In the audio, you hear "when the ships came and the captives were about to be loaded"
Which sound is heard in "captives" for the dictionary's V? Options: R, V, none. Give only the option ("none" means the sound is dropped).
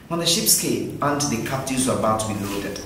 none